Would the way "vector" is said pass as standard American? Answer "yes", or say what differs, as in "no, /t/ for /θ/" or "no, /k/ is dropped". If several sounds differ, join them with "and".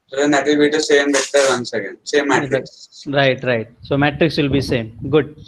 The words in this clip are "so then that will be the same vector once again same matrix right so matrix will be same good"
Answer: no, /b/ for /v/